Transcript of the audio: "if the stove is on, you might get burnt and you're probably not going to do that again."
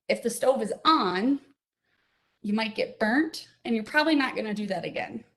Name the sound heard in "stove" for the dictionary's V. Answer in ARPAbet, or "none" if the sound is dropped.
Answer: V